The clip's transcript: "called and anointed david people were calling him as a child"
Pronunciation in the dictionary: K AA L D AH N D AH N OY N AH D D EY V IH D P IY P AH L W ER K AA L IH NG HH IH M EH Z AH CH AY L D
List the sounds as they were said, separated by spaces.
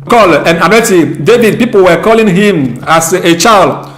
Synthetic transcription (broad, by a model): K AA L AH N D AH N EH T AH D D EY V IH D P IY P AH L W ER K AA L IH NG HH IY M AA S AH CH AY L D